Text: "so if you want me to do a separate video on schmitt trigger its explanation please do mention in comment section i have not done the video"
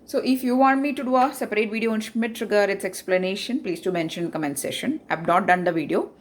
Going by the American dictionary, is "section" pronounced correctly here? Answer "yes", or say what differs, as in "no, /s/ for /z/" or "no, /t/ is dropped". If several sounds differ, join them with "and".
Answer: no, /k/ is dropped